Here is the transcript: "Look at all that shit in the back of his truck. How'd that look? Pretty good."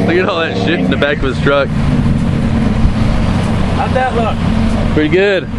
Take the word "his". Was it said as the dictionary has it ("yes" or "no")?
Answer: no